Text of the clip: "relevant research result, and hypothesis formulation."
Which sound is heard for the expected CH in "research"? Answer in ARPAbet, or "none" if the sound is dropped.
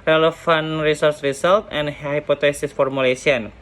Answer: S